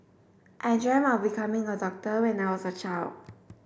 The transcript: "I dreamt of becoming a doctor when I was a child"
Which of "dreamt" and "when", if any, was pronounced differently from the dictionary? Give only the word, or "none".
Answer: dreamt